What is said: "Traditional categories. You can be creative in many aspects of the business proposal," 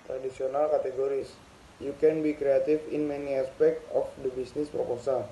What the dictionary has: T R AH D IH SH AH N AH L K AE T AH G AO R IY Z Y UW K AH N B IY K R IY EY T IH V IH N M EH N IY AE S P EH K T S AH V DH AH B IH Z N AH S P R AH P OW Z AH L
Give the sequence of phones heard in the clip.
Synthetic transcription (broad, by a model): T R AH D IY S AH N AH L K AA T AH G AO R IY S Y UW K AH N B IY K R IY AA T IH F IH N M EH N IY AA S P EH K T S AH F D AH B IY S N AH S P R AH P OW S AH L